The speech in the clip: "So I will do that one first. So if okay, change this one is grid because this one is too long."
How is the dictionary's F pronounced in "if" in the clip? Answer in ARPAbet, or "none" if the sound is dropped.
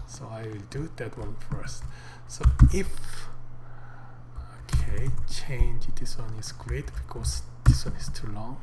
F